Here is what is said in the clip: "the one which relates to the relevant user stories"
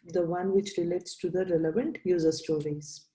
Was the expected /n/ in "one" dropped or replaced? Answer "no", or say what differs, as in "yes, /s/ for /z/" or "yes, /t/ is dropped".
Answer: no